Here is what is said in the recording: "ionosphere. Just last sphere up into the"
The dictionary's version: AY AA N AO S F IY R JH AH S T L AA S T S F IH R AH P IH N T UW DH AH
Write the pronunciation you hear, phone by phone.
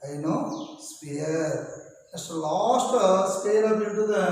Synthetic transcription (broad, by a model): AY N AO S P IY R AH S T L AA S T S P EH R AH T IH T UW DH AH